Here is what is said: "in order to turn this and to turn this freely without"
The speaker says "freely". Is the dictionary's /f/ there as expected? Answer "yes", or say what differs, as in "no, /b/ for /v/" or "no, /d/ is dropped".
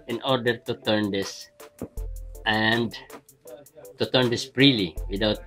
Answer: no, /p/ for /f/